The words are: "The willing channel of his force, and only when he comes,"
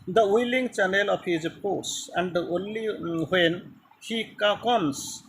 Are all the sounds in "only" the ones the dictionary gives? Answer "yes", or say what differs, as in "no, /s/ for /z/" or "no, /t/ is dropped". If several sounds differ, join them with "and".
yes